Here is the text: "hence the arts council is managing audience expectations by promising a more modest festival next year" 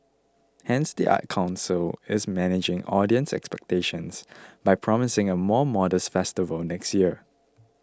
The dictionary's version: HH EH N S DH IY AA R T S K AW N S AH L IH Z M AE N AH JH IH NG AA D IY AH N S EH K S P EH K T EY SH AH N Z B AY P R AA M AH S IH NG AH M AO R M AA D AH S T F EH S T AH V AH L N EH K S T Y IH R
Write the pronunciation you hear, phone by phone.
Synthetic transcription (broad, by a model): HH EH N S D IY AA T K AW N S AH L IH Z M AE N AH JH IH NG AA D IY AH N S EH K S P EH K T EY SH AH N S B AY P R AA M AH S IH NG AH M AO M AA D AH S T F EH S T AH V AH L N EH K S T Y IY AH